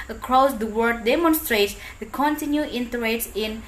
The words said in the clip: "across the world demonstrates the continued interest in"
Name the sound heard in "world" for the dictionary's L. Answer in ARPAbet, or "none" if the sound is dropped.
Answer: none